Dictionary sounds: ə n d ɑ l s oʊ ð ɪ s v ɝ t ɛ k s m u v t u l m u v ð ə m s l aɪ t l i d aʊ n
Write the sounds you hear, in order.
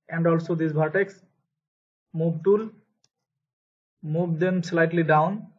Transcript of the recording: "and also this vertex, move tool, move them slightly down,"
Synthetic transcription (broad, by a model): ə n d ɑ l s oʊ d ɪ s b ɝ t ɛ k s m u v t u l m u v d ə m s l aɪ t l i d aʊ n